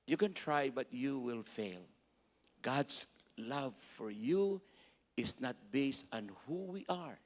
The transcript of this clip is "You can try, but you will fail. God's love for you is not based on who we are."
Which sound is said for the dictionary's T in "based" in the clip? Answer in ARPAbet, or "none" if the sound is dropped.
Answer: T